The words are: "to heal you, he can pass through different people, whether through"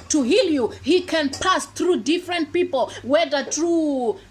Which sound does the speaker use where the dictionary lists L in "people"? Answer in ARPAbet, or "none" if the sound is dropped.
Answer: L